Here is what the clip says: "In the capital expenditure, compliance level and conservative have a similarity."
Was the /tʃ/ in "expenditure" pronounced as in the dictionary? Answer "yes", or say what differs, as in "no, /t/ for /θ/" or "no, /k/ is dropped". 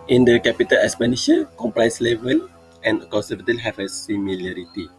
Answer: no, /ʃ/ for /tʃ/